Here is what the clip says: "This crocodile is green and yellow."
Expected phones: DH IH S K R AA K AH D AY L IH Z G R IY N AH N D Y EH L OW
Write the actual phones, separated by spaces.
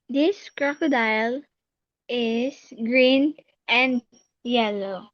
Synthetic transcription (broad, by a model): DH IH S K R AA K AH D AY L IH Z G R IY N AH N D Y EH L OW